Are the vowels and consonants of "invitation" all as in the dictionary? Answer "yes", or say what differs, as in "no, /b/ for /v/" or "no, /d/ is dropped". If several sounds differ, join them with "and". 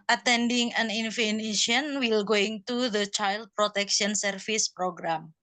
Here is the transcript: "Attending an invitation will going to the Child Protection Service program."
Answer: no, /f/ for /v/